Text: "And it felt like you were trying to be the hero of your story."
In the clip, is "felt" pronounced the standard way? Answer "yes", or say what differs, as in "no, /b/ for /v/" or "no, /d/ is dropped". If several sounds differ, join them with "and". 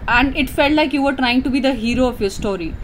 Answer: yes